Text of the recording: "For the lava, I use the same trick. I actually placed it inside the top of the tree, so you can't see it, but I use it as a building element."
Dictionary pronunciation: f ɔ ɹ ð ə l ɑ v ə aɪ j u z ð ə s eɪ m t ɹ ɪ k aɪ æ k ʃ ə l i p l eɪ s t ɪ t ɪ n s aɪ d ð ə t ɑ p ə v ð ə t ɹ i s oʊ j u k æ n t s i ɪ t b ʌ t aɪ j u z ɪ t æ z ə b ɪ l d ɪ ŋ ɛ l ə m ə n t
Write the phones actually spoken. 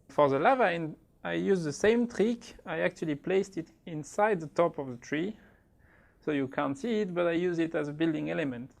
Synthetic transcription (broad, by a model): f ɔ ɹ ð ə l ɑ v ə aɪ j u z ð ə s eɪ m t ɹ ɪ k aɪ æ k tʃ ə l i p l eɪ s t ɪ t ɪ n s aɪ d ð ə t ɑ p ə v ð ə t ɹ i s oʊ j u k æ n t s i ɪ t b ʌ t aɪ j u z ɪ t æ z ə b ɪ l d ɪ ŋ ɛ l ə m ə n t